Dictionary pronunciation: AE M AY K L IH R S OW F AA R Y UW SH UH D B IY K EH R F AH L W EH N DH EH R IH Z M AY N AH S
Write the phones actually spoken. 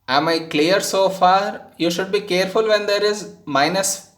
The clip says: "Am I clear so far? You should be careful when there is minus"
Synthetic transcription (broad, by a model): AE M AY K L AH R S OW F AA R Y UW SH UH D B IY K EH R F AH L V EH N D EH R IH Z M AY N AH S